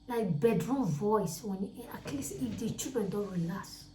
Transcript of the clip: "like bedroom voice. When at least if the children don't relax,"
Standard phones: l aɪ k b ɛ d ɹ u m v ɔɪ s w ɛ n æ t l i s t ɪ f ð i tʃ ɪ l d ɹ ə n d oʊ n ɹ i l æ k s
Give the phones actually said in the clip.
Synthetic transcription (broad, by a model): l aɪ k b ɛ d ɹ u m v ɔɪ s w ɛ n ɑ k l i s ɪ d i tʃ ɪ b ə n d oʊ ɹ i l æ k s